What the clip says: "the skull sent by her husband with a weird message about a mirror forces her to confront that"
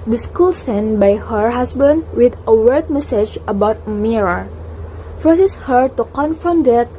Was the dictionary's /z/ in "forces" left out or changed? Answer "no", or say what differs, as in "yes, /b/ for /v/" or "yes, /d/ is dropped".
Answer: yes, /s/ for /z/